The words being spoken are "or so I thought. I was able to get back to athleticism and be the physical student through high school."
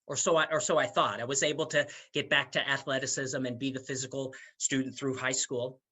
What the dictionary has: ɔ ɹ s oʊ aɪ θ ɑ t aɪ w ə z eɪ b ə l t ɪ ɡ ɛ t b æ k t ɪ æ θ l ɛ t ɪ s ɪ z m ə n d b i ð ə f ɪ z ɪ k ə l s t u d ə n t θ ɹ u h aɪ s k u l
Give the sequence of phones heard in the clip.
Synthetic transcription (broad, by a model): ɔ ɹ s oʊ aɪ θ ɑ t aɪ w ə z eɪ b l t ɪ ɡ ɛ t b æ k t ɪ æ θ l ɛ t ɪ s ɪ z m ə n b i ð ə f ɪ z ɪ k l s t u d n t θ ɹ u h aɪ s k u l